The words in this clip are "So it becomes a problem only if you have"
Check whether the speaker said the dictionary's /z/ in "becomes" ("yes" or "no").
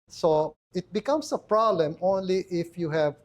no